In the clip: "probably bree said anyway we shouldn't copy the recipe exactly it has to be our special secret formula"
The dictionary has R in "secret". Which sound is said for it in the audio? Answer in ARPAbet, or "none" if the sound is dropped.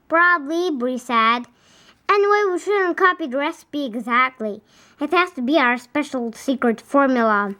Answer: R